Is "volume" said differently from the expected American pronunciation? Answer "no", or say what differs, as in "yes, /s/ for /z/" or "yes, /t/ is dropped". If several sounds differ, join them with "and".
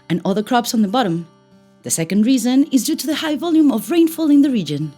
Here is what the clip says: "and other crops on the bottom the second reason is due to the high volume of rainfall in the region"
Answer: no